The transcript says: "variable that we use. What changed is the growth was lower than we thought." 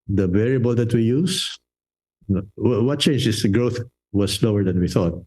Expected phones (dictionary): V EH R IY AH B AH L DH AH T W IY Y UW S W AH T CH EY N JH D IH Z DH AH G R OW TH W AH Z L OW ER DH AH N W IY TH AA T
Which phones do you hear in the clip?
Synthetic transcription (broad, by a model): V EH R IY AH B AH L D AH T W IY Y UW S W AH T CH EY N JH IH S G R OW TH W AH S L OW ER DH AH N W IY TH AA T